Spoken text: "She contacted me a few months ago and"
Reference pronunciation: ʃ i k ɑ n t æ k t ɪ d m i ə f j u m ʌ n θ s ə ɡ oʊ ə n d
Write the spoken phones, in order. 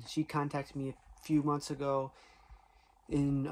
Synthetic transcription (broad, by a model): ʃ i k ɑ n t æ k t ɪ d m i ə f j u m ʌ n θ s ə ɡ oʊ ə n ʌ